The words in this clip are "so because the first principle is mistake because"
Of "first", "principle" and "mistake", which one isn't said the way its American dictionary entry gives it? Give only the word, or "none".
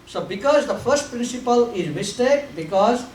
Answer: none